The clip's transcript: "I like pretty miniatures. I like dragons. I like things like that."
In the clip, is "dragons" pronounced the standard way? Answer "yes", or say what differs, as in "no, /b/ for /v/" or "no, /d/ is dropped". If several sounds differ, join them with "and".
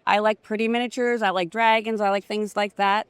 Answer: yes